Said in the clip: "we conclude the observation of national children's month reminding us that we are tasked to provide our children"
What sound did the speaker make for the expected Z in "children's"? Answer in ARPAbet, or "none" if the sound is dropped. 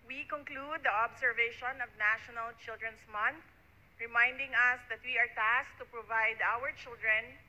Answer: S